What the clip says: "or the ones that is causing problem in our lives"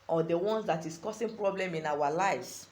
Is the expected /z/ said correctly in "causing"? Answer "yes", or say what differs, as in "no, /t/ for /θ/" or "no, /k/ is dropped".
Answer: no, /s/ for /z/